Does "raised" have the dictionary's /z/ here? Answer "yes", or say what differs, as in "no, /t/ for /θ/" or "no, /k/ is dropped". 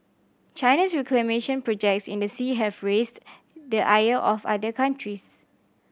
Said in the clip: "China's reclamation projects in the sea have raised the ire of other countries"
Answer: no, /s/ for /z/